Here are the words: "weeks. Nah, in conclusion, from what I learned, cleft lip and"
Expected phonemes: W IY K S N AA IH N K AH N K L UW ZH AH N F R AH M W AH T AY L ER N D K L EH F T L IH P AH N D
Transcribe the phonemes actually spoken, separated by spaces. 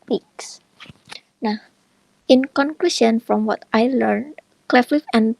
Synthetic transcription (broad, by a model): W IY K S N AA IH N K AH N K L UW SH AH N F R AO M W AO T AY L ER N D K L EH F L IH F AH N